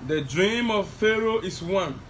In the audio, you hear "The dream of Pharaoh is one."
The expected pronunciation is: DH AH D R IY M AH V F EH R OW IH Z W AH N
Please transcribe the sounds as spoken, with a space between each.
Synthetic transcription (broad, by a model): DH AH D R IY M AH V F EH R OW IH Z W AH N